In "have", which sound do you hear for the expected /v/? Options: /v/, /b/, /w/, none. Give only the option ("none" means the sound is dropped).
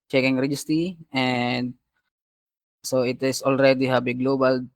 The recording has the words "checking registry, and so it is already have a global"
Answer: /b/